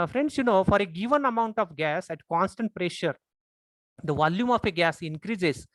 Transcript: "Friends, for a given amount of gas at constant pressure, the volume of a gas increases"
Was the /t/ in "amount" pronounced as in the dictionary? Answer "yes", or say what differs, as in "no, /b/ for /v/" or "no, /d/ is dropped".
yes